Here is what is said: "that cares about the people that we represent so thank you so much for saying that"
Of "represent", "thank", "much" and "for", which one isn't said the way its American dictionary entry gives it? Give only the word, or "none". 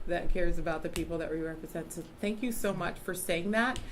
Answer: none